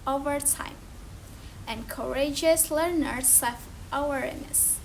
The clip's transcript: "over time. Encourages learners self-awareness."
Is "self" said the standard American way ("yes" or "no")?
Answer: no